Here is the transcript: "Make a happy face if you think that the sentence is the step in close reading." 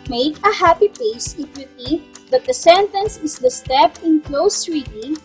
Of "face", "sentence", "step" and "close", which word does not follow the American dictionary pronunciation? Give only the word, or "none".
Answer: face